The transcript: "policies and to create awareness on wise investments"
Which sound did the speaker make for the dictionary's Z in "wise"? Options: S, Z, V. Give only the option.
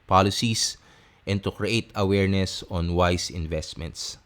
S